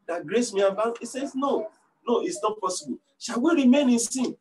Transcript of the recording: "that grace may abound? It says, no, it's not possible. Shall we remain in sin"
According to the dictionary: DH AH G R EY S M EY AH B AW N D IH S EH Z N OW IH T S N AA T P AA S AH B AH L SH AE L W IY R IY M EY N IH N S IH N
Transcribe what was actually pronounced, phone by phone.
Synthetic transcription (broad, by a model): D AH G R EY S M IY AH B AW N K IH S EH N N OW IH T S N AA T P AA S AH B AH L SH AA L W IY R IY M EY N IH N S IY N